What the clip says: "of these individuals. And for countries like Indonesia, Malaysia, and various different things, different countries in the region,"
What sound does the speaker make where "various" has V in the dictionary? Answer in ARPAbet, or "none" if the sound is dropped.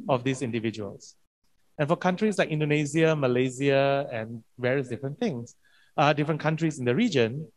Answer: V